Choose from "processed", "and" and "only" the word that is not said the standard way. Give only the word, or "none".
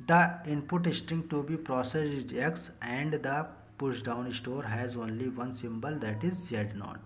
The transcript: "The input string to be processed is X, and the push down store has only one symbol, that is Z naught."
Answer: processed